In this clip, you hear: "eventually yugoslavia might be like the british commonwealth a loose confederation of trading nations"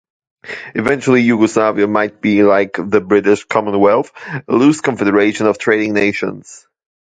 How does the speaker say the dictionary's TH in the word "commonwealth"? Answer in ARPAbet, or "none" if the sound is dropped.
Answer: TH